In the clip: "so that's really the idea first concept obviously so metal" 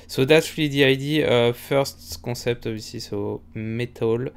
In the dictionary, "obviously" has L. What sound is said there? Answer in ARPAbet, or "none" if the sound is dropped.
none